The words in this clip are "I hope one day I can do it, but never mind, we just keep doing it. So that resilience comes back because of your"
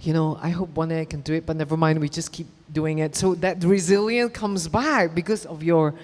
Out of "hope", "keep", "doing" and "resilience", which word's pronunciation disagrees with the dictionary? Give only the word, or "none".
resilience